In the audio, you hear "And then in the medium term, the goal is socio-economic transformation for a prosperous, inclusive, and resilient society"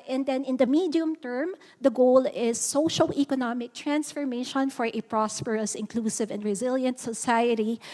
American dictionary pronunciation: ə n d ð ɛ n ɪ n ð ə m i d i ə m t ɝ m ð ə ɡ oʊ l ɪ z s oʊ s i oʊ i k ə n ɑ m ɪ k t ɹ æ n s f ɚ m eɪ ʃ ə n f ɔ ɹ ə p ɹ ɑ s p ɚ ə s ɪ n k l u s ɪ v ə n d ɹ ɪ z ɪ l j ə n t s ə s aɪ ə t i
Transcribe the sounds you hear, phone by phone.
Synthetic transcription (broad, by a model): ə n d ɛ n ɪ n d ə m i d i ə m t ɝ m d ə ɡ oʊ l ɪ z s oʊ ʃ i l i k ə n ɑ m ɪ k t ɹ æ n s f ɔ m eɪ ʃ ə n f ɔ ɹ ə p ɹ ɑ s p ɚ ə s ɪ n k l u s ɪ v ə n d ɹ ɪ z ɪ l j ə n t s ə s aɪ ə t i